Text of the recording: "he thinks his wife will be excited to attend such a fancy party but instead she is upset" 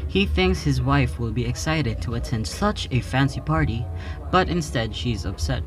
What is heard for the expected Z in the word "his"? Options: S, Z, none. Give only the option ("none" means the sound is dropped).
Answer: Z